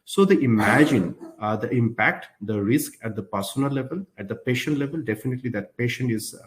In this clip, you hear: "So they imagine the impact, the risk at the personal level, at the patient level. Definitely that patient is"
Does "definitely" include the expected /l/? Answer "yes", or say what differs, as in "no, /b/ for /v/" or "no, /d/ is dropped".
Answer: yes